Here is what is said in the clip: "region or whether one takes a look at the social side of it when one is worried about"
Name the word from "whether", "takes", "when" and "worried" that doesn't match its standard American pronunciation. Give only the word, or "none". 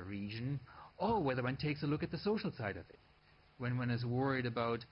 none